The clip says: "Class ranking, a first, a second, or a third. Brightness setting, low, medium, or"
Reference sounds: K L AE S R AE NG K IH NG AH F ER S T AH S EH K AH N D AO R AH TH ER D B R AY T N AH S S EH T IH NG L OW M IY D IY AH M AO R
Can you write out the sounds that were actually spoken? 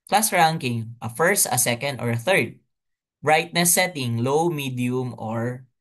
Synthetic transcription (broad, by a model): K L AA S R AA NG K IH NG AH F ER S T AH S EH K AH N D AO R AH TH ER D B R AY T N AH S S EH T IH NG L OW M IY D IY AH M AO R